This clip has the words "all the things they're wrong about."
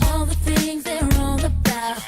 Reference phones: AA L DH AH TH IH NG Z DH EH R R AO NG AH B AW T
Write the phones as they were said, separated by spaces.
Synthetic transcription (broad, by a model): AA L DH AH TH IH NG Z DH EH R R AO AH B AW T